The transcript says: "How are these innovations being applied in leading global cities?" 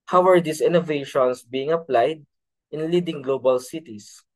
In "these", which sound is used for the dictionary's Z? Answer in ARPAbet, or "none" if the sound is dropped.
S